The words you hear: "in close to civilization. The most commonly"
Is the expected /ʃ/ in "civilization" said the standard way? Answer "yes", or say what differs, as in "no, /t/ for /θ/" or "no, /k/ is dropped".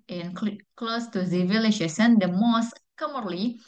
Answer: no, /s/ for /ʃ/